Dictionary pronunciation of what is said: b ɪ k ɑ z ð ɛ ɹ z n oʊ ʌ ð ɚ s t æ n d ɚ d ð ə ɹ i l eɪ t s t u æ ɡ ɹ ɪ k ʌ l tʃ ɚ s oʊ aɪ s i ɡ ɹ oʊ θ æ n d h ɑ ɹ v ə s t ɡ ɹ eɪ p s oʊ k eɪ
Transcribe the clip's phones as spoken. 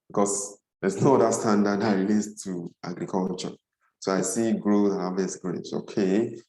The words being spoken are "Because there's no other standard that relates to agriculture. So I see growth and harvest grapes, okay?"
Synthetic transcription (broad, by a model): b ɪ k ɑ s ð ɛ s n oʊ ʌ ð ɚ s t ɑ n d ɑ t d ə ɹ i l eɪ t s t u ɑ ɡ ɹ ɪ k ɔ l tʃ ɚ s oʊ aɪ s i ɡ ɹ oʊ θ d h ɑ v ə s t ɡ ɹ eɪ s oʊ k eɪ